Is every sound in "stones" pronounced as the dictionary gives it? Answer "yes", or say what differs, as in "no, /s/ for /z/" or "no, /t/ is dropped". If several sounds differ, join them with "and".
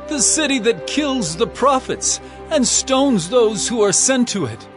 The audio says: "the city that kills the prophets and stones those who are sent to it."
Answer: yes